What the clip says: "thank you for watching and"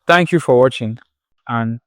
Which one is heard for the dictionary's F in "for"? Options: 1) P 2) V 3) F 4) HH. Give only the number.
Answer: 3